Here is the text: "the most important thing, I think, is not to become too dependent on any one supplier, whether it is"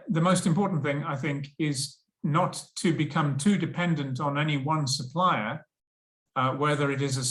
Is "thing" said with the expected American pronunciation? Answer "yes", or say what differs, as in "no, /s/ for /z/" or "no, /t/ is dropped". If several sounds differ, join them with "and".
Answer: yes